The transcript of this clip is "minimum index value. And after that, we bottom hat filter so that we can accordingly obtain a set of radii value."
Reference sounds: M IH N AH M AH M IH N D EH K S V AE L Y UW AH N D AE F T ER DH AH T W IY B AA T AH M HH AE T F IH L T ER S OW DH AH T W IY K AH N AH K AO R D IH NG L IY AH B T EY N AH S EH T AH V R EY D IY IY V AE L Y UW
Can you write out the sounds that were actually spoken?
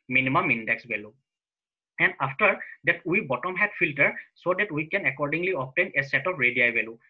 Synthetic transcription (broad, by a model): M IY N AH M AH M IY N D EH K S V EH L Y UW AH N D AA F T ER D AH T W IY B AA T AH M HH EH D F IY L T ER S OW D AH T W IY K AH N AH K AO R D IH NG L IY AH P T EY N AH S EH T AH P R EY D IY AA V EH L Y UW